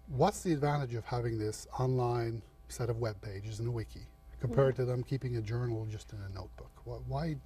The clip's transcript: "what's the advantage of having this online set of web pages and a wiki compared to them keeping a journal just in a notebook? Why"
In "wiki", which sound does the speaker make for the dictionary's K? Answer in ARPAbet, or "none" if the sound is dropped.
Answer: K